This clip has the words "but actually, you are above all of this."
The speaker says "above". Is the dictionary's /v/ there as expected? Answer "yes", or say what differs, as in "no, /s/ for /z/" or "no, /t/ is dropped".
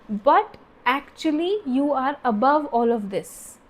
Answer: yes